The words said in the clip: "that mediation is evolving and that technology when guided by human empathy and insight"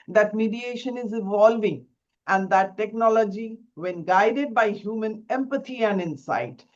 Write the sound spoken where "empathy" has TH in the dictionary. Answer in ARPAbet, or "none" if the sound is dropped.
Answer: T